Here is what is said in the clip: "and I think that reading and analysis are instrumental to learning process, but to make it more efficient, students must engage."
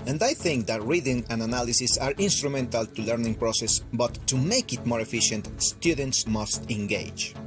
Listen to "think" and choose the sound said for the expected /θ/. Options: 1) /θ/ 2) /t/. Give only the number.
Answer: 1